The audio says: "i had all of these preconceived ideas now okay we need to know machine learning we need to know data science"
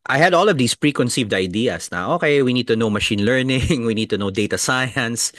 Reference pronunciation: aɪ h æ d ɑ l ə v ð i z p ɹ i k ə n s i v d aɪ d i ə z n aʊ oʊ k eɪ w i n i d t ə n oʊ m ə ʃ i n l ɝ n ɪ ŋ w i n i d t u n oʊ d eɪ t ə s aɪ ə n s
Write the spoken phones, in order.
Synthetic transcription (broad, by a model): aɪ h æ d ɑ l ə v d i s p ɹ i k ə n s i v d aɪ d i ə s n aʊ oʊ k eɪ w i n i d t ə n oʊ m ə ʃ i n l ɝ n ɪ ŋ w i n i d t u n oʊ d eɪ t ə s aɪ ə n s